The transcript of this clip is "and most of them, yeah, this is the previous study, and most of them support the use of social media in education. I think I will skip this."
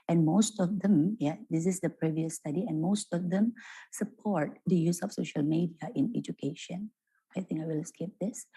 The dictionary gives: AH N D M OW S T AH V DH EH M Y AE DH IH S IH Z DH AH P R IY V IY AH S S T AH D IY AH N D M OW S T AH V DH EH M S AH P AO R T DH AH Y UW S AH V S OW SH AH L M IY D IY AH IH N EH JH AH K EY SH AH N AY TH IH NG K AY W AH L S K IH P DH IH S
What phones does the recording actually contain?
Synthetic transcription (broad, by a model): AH N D M OW S T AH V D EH M Y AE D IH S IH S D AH P R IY V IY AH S S T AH D IY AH N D M OW S T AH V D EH M S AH P AO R T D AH Y UW S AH F S OW SH AH L M IY D IY AH IH N EH JH AH K EY SH AH N AY T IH NG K AY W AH L S K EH P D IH S